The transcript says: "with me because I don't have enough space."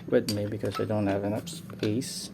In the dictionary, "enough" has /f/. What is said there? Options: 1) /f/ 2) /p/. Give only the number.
2